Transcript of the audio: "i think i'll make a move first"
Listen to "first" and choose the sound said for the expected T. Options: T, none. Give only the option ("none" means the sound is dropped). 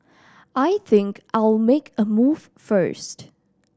T